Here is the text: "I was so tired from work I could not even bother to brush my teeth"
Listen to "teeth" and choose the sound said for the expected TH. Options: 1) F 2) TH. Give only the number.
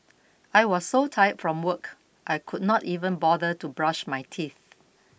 2